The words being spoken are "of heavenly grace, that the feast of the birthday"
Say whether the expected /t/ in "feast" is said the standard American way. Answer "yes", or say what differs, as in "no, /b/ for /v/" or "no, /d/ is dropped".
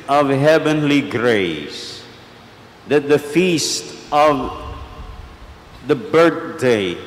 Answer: yes